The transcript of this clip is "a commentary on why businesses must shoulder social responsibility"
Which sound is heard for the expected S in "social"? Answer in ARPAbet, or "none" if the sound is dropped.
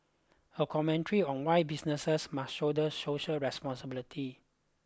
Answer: SH